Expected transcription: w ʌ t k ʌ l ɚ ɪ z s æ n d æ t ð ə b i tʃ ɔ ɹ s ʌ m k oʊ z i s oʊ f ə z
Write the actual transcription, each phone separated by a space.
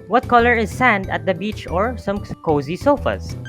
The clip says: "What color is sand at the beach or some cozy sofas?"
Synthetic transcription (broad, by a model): w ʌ t k ʌ l ɚ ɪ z s æ n d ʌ t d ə b i tʃ ɔ ɹ s ʌ m k oʊ z i s oʊ f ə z